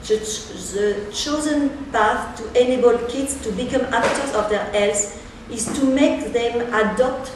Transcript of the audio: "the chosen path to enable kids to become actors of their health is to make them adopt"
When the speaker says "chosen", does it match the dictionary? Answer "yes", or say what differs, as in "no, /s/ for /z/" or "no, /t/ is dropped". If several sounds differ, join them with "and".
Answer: yes